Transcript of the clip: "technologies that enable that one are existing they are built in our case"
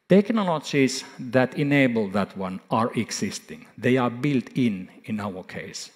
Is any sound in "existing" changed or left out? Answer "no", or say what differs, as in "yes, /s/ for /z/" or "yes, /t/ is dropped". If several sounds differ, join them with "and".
yes, /s/ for /z/